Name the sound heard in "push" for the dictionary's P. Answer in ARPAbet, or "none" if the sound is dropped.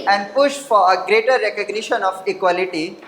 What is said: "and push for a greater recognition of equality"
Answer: P